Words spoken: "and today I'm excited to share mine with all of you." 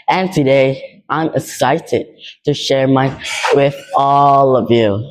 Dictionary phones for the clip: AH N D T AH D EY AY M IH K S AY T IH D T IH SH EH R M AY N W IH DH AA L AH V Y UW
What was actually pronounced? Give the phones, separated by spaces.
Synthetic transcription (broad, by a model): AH N T AH D EY AY M IH K S AY T IH D T IH SH EH R M AY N W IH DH AA L AH V Y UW